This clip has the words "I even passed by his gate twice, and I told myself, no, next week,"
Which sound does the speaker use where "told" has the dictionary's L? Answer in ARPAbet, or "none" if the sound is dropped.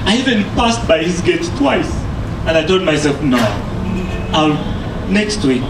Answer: none